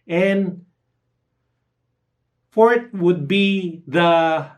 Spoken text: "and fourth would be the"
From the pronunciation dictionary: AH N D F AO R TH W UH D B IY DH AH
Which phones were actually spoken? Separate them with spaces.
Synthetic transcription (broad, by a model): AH N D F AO R T W UH D B IY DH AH